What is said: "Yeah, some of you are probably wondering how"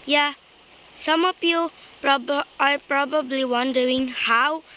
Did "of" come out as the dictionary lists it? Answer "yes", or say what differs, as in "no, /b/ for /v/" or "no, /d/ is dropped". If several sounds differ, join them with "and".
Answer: no, /p/ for /v/